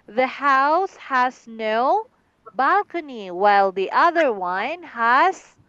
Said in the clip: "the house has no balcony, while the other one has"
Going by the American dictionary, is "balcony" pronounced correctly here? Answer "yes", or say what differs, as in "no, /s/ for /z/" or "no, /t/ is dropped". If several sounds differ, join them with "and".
yes